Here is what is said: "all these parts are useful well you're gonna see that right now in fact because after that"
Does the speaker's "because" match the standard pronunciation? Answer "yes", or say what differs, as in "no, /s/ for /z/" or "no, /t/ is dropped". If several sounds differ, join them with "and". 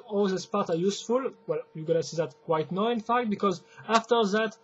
yes